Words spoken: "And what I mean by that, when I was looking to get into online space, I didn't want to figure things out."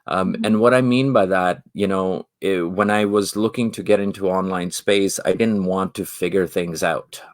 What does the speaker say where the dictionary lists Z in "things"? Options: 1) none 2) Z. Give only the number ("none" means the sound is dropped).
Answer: 2